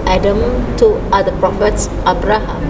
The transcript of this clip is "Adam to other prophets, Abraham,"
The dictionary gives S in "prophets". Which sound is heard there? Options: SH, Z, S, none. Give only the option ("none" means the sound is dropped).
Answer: S